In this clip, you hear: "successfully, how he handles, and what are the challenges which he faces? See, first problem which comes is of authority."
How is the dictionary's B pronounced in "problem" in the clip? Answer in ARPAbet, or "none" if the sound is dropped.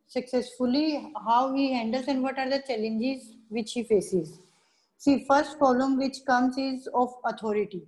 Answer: none